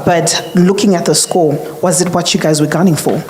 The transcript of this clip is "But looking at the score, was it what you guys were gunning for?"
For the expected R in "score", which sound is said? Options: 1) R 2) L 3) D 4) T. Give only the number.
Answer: 2